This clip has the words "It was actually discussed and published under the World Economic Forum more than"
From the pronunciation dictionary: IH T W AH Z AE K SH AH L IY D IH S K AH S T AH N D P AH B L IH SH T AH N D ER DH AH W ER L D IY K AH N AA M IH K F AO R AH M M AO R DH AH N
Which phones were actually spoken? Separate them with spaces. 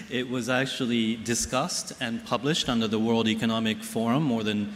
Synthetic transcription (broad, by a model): IH T W AH Z AE K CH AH L IY D IH S K AH S T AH N P AH B L IH SH T AH N D ER DH AH W ER L D IY K AH N AA M IH K F AO R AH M M AO R DH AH N